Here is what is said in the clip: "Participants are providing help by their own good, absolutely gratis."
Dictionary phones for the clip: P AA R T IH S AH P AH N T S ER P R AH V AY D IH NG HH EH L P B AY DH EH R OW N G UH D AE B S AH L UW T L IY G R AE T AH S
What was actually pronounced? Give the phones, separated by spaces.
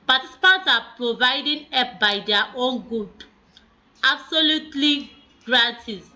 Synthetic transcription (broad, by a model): P AA T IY S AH P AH N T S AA P R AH V AY D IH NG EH P B AY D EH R OW N G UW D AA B S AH L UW T L IY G R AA T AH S